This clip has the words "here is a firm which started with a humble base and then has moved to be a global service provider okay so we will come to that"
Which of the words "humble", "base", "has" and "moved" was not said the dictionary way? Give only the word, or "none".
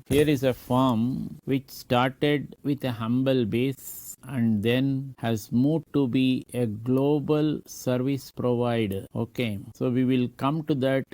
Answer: moved